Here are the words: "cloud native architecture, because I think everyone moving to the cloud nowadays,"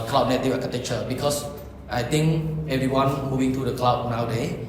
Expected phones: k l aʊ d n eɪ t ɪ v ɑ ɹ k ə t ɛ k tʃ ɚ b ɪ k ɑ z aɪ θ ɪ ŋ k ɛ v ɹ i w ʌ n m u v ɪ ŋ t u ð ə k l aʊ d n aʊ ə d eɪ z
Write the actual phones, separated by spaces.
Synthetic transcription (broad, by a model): k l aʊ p n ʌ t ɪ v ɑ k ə t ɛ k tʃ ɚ b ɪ k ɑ s aɪ t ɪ ŋ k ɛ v ɹ i w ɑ n m u v ɪ ŋ t u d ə k l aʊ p n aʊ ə d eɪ